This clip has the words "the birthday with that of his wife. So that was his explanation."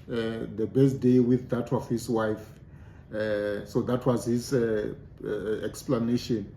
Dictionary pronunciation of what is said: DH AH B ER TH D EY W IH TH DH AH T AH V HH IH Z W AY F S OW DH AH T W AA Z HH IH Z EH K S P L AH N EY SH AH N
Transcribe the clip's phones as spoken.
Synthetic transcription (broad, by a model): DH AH B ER S D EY W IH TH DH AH T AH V HH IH S W AY F S OW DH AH T W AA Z HH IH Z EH K S P L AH N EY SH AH N